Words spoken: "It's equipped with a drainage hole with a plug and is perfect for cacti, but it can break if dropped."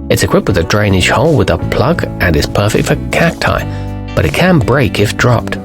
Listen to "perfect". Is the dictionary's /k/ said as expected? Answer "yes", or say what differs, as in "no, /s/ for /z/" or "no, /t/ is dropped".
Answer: yes